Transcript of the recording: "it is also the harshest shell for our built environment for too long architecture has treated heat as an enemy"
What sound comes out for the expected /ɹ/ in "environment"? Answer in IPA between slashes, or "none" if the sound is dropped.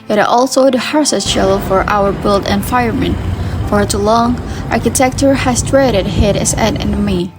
none